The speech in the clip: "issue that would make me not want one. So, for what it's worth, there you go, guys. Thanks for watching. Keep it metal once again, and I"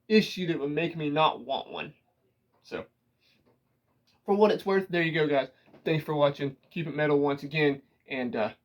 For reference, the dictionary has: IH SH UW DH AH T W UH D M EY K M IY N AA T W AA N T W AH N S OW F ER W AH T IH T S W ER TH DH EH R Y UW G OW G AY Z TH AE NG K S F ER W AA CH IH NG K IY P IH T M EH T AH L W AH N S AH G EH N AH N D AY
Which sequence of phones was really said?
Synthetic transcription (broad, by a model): IH SH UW DH AH T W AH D M EY K M IY N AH T W AA N T W AH N S OW F ER W AH T IH T S W ER TH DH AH R Y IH G OW G AY Z TH AE NG K S F ER W AA CH IH NG K IY P IH T M EH T L W AH N S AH G EH N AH N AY